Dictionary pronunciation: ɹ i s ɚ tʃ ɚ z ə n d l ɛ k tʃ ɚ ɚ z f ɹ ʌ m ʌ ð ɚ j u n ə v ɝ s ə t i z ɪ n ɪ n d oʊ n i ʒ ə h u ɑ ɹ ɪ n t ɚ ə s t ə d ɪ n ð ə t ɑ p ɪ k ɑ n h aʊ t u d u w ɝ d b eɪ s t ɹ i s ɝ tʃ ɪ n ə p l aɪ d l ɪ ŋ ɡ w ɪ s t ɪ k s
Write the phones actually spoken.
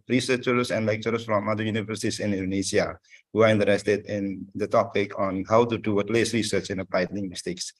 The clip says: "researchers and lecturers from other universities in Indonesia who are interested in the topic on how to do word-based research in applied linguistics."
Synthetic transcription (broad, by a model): ɹ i s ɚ tʃ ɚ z ə n d l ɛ k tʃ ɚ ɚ s f ɹ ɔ m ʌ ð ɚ j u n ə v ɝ s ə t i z ɪ n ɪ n d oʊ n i ʃ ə h u ɑ ɹ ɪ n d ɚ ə s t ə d ɪ n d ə t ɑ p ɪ k ɑ n h aʊ t u d u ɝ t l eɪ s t ɹ i s ɝ tʃ ɪ n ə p aɪ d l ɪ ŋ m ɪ s t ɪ k s